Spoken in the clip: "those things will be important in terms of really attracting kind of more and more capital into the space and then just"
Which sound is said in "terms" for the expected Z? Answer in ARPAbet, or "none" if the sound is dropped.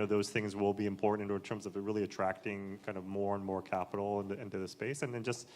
Z